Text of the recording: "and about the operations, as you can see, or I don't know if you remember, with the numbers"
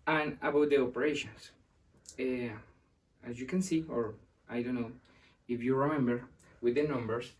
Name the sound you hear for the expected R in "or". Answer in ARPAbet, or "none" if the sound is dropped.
R